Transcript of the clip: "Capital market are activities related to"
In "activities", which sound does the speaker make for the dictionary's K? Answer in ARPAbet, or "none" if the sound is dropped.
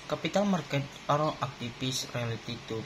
none